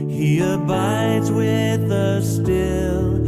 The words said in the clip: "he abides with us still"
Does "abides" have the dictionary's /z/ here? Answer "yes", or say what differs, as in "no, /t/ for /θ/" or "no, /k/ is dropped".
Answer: yes